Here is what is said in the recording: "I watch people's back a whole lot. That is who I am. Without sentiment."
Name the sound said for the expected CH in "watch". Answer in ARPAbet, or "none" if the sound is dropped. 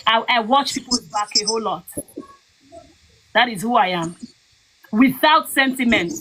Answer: CH